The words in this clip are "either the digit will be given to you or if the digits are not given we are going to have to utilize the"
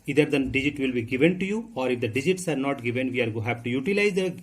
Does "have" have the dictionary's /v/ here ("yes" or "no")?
no